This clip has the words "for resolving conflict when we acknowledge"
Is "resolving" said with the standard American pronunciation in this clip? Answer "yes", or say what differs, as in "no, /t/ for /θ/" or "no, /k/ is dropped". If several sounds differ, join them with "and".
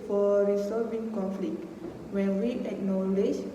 no, /l/ is dropped